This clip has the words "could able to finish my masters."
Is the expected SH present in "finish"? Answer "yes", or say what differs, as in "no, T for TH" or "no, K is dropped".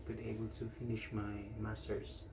yes